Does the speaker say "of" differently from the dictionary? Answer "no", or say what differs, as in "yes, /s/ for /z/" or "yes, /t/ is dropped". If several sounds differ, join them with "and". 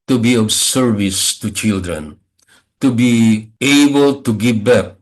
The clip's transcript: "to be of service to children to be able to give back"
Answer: yes, /b/ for /v/